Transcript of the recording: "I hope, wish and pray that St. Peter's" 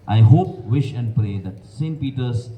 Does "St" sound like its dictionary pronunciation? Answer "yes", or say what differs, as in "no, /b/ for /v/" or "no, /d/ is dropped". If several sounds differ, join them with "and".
yes